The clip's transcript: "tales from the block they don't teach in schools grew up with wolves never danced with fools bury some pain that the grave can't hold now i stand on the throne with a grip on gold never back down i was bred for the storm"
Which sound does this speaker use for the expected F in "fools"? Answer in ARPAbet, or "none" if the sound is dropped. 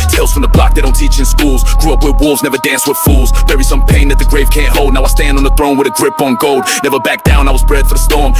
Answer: F